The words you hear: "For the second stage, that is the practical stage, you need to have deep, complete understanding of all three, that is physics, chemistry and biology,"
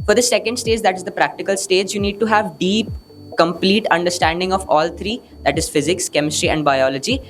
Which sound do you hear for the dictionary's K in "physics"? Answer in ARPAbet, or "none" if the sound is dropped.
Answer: K